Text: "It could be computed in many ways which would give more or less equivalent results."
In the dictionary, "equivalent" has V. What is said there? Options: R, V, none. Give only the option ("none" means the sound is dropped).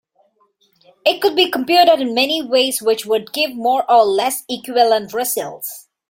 none